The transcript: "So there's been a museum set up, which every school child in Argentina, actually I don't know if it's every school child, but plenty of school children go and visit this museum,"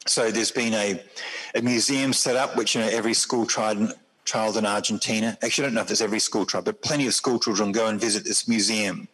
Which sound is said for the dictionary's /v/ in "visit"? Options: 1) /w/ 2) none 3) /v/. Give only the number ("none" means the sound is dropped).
3